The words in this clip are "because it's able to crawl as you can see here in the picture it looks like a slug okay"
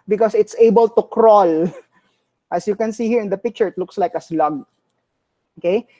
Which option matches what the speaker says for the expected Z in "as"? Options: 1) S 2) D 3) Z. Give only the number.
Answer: 1